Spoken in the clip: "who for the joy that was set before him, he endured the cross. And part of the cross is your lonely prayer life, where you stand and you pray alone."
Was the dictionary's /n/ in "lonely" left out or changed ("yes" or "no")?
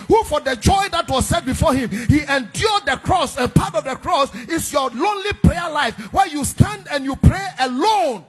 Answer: no